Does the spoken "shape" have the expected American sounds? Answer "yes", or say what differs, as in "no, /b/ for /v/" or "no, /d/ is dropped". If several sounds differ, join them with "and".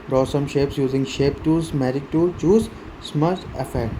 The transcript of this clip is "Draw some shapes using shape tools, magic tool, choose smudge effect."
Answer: yes